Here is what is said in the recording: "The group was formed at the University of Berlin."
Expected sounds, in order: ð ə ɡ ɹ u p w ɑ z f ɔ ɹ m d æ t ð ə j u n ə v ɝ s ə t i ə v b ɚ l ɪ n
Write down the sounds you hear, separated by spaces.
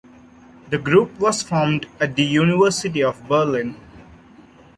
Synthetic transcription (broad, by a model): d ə ɡ ɹ u p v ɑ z f ɔ ɹ m d æ t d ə j u n ə v ɝ s ə t i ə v b ɚ l ɪ n